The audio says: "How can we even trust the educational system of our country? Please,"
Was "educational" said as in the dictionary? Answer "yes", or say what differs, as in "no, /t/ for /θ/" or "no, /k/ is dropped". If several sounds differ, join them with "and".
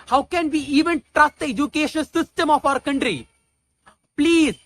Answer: no, /n/ is dropped and /n/ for /l/